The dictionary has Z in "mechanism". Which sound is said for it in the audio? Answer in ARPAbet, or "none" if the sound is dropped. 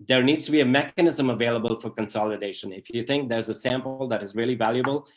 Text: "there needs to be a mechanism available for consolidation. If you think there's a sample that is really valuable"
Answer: Z